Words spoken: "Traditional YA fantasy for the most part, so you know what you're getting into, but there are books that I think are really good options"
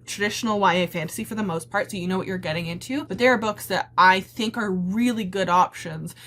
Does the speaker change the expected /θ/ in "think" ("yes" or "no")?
no